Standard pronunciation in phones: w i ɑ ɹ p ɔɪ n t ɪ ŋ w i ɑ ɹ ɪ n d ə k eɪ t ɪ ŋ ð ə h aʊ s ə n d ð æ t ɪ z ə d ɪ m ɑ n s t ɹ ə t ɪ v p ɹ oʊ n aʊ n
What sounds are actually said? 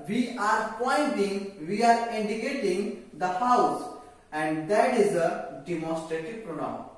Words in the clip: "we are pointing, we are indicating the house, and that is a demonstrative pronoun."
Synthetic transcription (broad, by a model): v i ɑ ɹ p ɔɪ n t ɪ ŋ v i ɑ ɹ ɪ n d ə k eɪ t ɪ ŋ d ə h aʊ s ə n d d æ t ɪ z ə d ɪ m ɑ n s t ɹ ə t ɪ v p ɹ oʊ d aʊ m